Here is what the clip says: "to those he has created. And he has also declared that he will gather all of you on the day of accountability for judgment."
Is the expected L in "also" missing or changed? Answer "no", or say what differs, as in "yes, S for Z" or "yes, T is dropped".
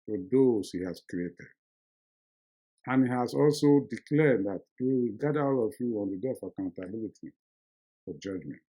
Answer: no